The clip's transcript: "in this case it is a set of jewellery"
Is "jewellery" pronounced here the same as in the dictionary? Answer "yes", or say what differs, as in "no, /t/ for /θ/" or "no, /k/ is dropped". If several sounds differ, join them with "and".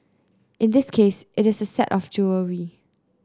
no, /l/ is dropped